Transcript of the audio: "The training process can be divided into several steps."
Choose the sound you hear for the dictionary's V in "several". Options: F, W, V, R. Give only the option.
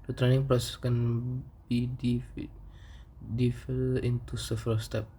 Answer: F